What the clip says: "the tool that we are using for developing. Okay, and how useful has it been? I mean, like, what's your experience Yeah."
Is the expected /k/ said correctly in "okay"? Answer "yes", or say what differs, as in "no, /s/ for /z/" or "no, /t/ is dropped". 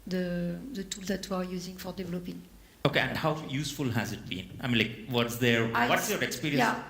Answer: yes